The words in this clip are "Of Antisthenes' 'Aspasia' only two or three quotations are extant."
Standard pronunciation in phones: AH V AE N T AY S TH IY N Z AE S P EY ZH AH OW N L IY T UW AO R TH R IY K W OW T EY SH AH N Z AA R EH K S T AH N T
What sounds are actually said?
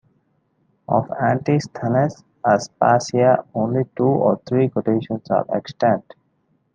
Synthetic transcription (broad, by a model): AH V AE N T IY S T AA N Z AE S P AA S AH OW N L IY T UW AO R T R IY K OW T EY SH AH N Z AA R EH K S T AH N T